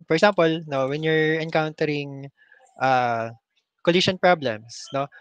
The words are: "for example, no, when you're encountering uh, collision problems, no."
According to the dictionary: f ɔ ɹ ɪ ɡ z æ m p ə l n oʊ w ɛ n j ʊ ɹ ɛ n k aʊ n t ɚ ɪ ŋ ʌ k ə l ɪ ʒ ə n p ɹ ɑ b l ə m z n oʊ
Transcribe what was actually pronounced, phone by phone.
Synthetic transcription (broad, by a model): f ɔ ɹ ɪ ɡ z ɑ m p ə l n oʊ w ɛ n j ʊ ɹ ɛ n k aʊ n t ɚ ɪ ŋ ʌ k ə l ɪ ʃ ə n p ɹ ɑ b l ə m s n oʊ